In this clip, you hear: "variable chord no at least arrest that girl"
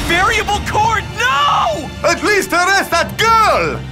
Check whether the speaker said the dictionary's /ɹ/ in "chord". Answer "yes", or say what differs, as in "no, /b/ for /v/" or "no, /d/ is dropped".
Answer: yes